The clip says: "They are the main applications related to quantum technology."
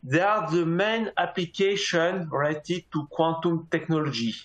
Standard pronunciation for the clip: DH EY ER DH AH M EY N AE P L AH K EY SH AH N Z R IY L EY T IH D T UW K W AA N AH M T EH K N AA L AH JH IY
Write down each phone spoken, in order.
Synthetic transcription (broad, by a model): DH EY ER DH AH M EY N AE P L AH K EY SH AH N R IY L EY T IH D T UW K W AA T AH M T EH K N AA L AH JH IY